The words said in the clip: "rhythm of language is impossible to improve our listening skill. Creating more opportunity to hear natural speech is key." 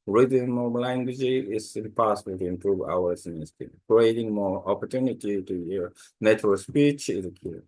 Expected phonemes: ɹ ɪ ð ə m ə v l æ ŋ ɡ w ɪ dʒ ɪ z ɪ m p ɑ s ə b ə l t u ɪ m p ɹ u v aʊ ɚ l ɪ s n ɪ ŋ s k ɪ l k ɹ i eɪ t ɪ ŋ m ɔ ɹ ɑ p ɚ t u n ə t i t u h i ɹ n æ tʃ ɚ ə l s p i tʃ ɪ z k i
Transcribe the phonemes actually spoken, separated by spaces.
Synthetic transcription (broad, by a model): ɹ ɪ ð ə m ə l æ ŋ ɡ w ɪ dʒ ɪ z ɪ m p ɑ s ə b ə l t u ɪ m p ɹ u v aʊ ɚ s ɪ n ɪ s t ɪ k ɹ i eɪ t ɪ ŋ m ɔ ɹ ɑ p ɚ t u n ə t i t u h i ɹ n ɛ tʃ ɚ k s p i tʃ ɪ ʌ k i